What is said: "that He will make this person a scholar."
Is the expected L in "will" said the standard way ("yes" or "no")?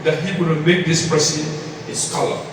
no